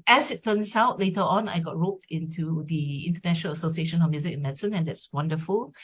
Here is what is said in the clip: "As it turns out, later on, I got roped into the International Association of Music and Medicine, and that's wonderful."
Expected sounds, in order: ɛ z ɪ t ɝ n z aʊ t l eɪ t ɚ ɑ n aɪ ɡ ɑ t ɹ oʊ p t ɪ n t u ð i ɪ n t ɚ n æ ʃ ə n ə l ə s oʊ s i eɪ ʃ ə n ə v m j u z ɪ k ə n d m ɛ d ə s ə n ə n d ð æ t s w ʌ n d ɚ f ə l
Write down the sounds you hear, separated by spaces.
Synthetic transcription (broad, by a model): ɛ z ɪ t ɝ n s aʊ t l eɪ t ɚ ɑ n aɪ ɡ ɑ t ɹ oʊ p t ɪ n t u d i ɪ n t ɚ n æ ʃ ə n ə l ə s oʊ s i eɪ ʃ ə n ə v m j u z ɪ k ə n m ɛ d s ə n ə n d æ t s w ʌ n d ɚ f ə l